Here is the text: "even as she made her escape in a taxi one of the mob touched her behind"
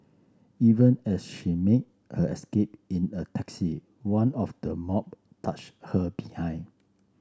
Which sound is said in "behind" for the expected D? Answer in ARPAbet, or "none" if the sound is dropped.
none